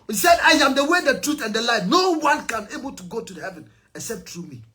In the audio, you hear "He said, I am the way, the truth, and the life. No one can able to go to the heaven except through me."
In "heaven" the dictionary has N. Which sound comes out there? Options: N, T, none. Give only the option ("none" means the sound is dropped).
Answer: N